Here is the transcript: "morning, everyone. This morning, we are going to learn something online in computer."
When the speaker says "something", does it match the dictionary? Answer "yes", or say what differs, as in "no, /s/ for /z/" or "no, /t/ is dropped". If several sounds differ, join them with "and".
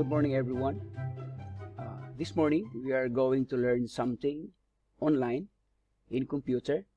no, /t/ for /θ/